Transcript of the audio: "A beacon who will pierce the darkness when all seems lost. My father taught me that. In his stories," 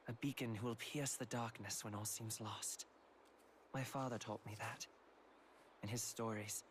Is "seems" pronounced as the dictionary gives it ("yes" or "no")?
yes